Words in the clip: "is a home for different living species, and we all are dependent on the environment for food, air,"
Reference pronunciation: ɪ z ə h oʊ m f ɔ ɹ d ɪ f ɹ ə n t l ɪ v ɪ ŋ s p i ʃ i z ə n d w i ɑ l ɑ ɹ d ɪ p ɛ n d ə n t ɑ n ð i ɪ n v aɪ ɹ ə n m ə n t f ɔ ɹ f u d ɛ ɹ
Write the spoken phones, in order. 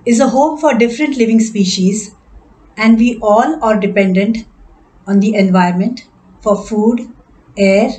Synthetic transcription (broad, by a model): ɪ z ə h oʊ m f ɔ ɹ d ɪ f ɹ ə n t l ɪ v ɪ ŋ s p i ʃ i z ə n d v i ɑ l ɑ ɹ d ɪ p ɛ n d ə n t ɑ n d i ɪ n v aɪ ə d m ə n t f ɔ ɹ f u d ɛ ɹ